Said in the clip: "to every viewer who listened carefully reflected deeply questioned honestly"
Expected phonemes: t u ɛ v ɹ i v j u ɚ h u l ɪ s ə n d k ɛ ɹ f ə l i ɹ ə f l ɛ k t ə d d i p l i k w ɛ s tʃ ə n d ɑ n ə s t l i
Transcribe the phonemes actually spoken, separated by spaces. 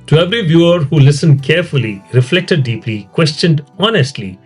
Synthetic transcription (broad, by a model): t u ɛ v ɹ i v j u ɚ h u l ɪ s ə n d k ɛ ɹ f ə l i ɹ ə f l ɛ k t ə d d i p l i k w ɛ s tʃ ə n d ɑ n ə s t l i